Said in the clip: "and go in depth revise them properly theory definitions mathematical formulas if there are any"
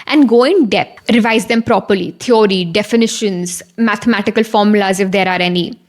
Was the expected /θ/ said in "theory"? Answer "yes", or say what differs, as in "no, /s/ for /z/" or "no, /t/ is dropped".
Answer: no, /t/ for /θ/